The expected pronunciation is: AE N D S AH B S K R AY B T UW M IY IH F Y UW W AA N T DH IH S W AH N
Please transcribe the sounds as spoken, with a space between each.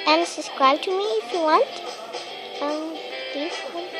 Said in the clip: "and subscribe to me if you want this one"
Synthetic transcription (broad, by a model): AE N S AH S K R AY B T UW M IY IH F Y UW W AA N T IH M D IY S